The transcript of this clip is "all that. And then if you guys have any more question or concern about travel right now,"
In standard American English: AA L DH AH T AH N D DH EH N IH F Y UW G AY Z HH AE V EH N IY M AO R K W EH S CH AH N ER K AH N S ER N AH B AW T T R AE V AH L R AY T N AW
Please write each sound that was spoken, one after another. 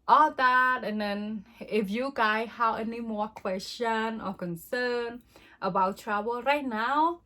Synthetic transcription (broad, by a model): AA L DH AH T AH N D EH N IH F Y UW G AY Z HH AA W EH N IY M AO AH K W EH S CH AH N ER K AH N S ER N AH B AW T T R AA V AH L R AY T N AW